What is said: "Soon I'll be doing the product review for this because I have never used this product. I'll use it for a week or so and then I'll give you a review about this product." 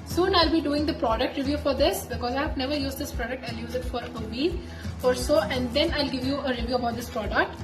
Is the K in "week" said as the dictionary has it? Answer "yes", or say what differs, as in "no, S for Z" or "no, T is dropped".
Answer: no, K is dropped